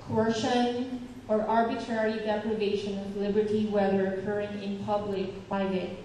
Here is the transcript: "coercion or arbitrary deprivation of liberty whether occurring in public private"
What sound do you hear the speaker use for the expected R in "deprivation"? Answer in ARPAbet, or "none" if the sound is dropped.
L